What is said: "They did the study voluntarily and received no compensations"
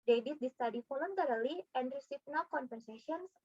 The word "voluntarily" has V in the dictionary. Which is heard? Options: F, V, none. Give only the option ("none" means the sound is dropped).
F